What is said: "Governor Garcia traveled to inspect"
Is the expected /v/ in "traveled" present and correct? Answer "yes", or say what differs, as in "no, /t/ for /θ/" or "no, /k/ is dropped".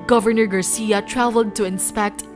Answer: yes